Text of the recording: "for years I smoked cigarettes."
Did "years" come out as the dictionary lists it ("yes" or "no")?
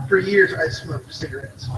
yes